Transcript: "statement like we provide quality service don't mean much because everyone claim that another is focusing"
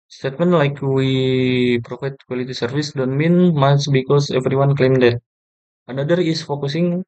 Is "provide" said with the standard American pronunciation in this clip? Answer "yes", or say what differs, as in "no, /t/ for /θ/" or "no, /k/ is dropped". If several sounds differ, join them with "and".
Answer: no, /f/ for /v/